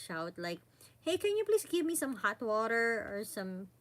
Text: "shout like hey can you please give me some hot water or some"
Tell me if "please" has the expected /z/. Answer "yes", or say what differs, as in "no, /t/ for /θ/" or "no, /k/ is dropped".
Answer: no, /s/ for /z/